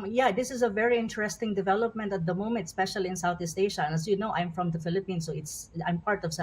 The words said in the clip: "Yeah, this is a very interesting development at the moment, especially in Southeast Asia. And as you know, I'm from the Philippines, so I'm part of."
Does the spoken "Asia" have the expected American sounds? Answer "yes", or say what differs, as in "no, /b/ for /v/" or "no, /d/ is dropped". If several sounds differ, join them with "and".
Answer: no, /ʃ/ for /ʒ/